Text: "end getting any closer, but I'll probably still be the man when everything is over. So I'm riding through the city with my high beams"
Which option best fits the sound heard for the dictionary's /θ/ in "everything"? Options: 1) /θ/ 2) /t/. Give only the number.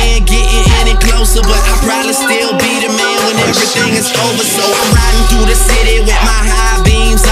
1